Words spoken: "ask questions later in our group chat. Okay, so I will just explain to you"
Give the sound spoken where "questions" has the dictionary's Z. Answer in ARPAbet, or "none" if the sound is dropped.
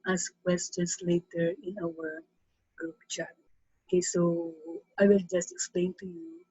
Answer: S